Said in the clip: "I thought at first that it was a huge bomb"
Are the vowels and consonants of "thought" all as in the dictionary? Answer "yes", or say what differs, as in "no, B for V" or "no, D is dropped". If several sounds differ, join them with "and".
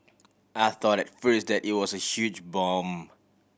yes